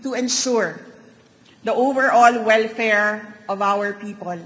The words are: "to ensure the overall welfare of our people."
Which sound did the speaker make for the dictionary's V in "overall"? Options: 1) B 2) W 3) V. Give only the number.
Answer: 3